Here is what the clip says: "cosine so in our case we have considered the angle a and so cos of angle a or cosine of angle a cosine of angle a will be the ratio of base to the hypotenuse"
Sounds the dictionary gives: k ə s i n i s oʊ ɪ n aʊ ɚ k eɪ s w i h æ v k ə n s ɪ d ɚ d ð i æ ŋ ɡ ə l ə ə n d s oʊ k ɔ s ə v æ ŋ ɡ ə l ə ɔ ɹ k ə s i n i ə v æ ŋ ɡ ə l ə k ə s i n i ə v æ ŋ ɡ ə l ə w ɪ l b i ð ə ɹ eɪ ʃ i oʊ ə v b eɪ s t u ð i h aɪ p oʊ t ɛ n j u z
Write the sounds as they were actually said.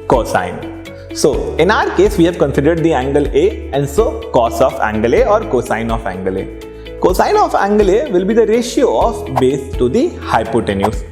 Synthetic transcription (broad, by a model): k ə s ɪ n s oʊ ɪ n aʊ ɚ k eɪ s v i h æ v k ə n s ɪ d ɚ d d i æ ŋ ɡ ə l ə ə n d s oʊ k ɔ s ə f æ ŋ ɡ ə l ə ɔ ɹ k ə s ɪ n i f æ ŋ ɡ ə l ə k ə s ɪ n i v æ ŋ ɡ ə l ə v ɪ l b i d ə ɹ eɪ ʃ i oʊ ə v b eɪ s t u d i h aɪ p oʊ t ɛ n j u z